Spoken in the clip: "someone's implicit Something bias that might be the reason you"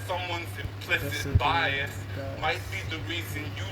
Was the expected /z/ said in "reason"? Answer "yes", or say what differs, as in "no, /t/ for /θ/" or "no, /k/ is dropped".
yes